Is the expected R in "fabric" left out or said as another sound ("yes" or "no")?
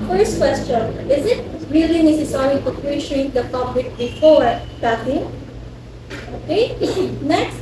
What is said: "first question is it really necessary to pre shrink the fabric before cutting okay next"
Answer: yes